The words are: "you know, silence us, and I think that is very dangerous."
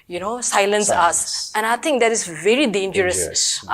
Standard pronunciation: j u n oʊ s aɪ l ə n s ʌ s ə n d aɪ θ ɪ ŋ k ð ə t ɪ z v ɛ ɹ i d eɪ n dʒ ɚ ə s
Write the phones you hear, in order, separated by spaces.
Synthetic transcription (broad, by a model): j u n oʊ s aɪ l ə n s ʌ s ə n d aɪ t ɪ ŋ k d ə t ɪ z v ɛ ɹ i d eɪ n dʒ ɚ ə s